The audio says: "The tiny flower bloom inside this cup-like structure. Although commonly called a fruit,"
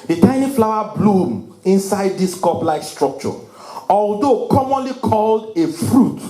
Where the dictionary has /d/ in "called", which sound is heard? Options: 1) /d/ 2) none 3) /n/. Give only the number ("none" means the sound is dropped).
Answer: 1